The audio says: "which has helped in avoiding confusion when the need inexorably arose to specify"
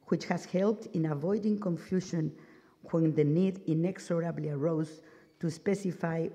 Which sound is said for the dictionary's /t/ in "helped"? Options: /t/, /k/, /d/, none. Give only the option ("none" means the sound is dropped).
/t/